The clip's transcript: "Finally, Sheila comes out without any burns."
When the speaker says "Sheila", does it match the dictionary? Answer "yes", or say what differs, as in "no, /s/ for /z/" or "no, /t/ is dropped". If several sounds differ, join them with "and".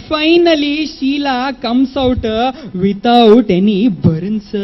yes